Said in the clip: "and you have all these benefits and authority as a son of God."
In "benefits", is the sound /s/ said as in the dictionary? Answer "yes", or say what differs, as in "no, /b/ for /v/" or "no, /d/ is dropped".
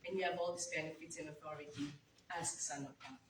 no, /s/ is dropped